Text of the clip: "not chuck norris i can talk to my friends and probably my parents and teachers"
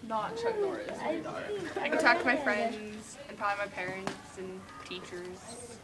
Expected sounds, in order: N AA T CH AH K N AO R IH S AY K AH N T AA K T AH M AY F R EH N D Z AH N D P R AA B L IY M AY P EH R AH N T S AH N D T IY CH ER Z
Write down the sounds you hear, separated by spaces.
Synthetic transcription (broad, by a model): N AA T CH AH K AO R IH IH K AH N T AA K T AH M AY F R EH N D Z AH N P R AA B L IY M AY P EH R AH N T S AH N T IY CH ER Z